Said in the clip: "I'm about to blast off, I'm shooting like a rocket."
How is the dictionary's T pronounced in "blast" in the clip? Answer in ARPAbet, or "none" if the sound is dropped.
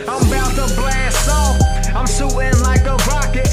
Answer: none